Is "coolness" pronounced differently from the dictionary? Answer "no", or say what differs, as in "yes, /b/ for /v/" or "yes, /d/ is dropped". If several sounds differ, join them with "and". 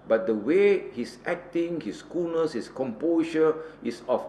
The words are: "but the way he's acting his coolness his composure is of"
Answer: yes, /l/ is dropped